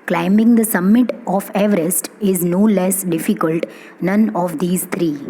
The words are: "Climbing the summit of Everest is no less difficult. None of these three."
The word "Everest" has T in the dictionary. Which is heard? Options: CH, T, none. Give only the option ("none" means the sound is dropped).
T